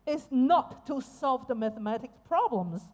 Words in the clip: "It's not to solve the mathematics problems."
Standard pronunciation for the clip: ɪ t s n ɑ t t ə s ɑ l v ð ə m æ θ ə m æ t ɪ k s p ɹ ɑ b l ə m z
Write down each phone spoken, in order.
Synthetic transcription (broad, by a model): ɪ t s n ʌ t t ə s ɑ l v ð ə m æ θ ə m æ t ɪ k s p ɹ ɑ b l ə m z